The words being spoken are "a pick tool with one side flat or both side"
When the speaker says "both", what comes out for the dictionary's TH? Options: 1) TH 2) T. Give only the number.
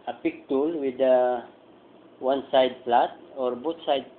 2